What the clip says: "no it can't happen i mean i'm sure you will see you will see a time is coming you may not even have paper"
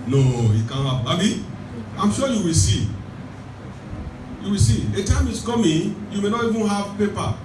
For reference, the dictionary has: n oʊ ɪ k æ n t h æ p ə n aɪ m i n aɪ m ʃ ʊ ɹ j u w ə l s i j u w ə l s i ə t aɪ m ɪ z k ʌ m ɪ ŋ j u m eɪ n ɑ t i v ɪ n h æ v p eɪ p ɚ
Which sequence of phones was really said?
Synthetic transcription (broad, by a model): n oʊ ɪ k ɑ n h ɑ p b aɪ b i aɪ m ʃ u j u w ə l s i j u w ə l s i ə t aɪ m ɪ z k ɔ m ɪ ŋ j u m eɪ n ɑ t i v ɪ n h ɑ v p eɪ p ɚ